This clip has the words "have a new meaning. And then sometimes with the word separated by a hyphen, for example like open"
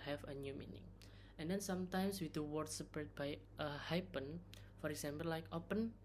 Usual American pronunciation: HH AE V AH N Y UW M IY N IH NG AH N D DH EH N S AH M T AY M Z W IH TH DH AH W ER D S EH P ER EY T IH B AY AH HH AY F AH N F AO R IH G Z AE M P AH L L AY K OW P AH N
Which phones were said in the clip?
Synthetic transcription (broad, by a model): HH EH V AH N Y UW M IY N IH NG AH N D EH N S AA M T AY M S W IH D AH W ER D S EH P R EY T B AY AH HH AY P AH N F AO R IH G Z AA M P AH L L AY K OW P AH N